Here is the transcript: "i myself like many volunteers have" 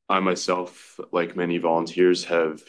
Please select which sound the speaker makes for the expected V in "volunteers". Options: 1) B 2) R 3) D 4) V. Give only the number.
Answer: 4